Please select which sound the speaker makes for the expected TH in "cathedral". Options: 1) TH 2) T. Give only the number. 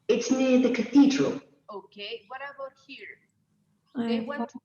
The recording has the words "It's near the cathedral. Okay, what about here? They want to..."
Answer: 1